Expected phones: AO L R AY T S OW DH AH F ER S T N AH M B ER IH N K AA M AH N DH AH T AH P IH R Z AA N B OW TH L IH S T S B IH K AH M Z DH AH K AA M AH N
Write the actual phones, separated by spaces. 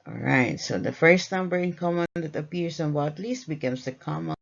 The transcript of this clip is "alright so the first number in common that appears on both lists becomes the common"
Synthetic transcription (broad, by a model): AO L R AY T S OW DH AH F ER S T N AH M B ER IH N K AA M AH N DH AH T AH P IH R S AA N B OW T L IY S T B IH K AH M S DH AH K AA M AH